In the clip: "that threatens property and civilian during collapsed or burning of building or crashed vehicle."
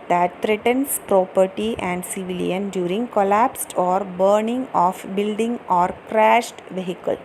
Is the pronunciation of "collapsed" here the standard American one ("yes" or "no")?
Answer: yes